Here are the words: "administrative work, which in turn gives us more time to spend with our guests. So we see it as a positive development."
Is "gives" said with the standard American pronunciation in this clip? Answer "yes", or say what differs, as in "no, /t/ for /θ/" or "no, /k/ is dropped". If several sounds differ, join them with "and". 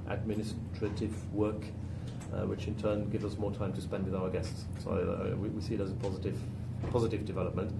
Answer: yes